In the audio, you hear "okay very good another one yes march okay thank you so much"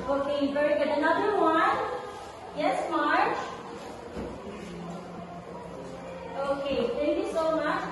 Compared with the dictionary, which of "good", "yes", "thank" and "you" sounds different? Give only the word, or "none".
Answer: thank